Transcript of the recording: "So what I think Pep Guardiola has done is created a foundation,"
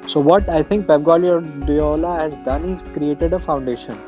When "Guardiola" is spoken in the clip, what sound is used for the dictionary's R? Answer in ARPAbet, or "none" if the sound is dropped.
L